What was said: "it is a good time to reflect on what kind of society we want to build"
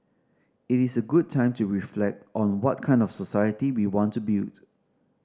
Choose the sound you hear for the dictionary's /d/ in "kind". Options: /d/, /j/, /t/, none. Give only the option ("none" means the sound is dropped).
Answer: /d/